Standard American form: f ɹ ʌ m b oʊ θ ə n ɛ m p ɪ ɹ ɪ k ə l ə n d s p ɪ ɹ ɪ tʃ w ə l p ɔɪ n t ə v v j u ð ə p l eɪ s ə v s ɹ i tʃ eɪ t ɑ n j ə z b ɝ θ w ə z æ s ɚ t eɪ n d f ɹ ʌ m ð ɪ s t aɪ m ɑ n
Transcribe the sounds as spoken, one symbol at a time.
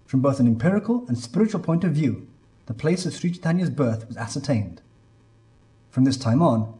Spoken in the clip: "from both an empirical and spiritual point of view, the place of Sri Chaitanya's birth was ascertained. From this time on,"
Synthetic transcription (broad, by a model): f ɹ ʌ m b oʊ θ ə n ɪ m p ɪ ɹ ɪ k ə l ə n s p ɪ ɹ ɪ tʃ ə l p ɔɪ n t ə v v j u ð ə p l eɪ s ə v s ɹ i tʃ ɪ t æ n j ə z b ɝ θ w ə z æ s ɚ t eɪ n d f ɹ ʌ m ð ɪ s t aɪ m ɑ n